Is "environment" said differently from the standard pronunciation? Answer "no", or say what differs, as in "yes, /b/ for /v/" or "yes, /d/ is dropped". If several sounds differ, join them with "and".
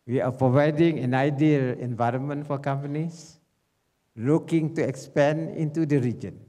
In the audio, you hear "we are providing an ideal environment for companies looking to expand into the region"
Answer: no